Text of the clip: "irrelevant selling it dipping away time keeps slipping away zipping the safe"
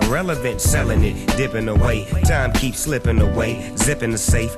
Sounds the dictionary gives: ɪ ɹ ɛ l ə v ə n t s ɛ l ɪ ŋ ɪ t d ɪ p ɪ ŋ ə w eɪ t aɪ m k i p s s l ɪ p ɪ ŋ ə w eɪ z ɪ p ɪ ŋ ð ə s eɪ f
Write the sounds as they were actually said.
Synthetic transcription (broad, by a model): ɹ ɛ l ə v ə n t s ɛ l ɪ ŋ ɪ t d ɪ p ɪ ŋ ə w eɪ t aɪ m k i p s s l ɪ p ɪ ŋ ə w eɪ z ɪ p ɪ ŋ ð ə s eɪ f